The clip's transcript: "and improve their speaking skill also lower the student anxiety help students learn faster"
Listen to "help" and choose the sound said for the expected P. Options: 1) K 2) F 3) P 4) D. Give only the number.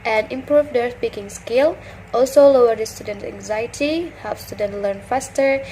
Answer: 2